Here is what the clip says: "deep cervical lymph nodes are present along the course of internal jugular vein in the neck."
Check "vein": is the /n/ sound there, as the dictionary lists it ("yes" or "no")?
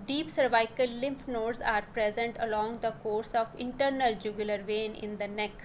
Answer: yes